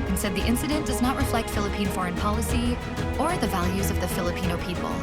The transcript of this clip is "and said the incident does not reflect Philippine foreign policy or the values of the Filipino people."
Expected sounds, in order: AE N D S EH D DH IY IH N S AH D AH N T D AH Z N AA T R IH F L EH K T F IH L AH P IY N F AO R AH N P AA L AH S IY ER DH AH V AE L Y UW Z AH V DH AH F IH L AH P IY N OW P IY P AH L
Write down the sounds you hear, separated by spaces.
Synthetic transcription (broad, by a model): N S EH D DH IY IH N S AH D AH N D AH Z N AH T R IH F L EH K T F IH L AH P IY N F AO R AH N P AA L AH S IY ER DH AH V AE L Y UW Z AH V DH AH F IH L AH P IY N OW P IY P L